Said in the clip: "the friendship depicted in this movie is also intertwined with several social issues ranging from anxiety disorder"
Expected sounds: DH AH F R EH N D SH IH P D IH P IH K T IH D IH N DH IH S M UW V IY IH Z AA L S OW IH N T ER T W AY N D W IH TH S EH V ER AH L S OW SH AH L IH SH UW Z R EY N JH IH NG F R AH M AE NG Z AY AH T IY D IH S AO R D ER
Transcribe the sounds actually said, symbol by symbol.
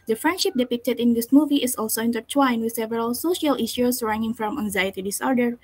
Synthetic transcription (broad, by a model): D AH F R EH N D SH IH P D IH P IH K T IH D IH N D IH S M UW V IY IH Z AA L S OW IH N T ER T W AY N W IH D S EH V ER AH L S OW SH AH L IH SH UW S R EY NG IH NG F R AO M AE NG Z AY AH T IY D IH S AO R D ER